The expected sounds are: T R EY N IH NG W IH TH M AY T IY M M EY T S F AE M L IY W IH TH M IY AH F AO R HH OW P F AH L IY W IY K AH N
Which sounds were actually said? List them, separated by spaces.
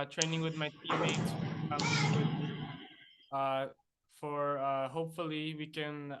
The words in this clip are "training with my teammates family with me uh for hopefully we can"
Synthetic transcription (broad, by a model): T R EY N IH NG W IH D M AY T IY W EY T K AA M IY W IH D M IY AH F AO R HH OW P F AH L IY W IY K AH N